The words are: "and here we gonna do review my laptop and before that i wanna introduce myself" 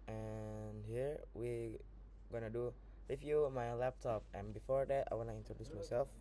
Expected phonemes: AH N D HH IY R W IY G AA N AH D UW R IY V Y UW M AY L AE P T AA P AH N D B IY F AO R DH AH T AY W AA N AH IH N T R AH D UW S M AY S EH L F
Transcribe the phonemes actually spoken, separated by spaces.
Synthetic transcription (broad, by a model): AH N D HH IY R W IY G AA N AH D UW L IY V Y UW M AY L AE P T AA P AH N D B IY F AO R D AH T AY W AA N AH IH N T R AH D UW S M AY S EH L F